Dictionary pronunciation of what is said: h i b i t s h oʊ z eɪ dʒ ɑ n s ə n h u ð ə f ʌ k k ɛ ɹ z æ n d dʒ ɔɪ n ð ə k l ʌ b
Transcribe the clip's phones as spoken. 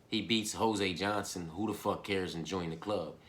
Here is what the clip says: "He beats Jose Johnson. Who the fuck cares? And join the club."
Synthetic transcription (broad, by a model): h i b i t s h oʊ z eɪ dʒ ɑ n s ə n h u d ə f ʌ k k ɛ ɹ z n dʒ ɔɪ n ð ə k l ʌ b